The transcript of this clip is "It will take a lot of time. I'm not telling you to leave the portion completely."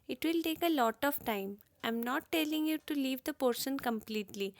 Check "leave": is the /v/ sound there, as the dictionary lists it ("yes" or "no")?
yes